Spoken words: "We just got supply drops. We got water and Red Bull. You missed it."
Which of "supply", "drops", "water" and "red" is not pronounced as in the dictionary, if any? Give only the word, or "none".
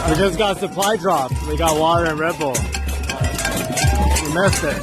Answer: drops